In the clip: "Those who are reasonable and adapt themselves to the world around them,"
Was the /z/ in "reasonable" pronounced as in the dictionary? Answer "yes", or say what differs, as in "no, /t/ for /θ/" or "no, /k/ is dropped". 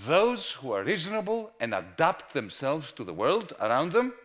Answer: yes